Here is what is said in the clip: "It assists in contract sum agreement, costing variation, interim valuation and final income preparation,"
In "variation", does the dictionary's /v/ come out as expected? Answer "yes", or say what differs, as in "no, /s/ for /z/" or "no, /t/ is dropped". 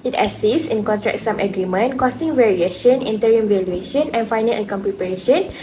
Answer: yes